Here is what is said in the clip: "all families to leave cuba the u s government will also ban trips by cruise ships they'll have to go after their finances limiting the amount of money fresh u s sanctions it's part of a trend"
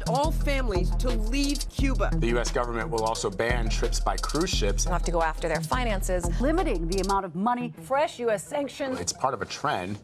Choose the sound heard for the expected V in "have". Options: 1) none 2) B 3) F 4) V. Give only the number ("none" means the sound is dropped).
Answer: 3